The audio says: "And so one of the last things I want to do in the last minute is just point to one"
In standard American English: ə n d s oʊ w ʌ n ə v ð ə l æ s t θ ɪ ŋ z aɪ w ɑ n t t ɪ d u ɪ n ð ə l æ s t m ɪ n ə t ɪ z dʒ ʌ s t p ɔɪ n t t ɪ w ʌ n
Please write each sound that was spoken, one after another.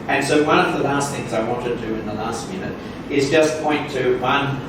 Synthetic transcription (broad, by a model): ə n s oʊ w ʌ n ə v ð ə l æ s t θ ɪ ŋ z aɪ w ɑ n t t ɪ d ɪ ɪ n ð ə l æ s t m ɪ n ə t ɪ z dʒ ʌ s p ɔɪ n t t ɪ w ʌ n